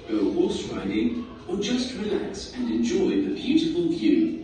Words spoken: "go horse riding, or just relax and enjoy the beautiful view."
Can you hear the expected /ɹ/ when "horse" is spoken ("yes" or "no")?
no